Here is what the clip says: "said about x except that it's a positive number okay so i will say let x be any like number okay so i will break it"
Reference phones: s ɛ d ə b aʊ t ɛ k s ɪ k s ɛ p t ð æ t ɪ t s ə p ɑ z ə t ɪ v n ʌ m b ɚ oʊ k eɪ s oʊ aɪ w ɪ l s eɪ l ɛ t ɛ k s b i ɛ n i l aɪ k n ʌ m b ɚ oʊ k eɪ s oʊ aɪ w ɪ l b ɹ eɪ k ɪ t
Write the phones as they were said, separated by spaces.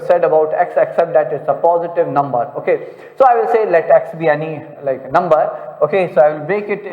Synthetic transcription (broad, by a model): s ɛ d ə b aʊ t ɛ k s ɪ k s ɛ p t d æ t ɪ t s ə p ɑ z ə t ɪ v n ʌ m b ɚ oʊ k eɪ s oʊ aɪ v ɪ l s eɪ l ɛ t ɛ k s b i ɛ n i l aɪ k n ʌ m b ɚ oʊ k eɪ s oʊ aɪ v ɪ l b eɪ k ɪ t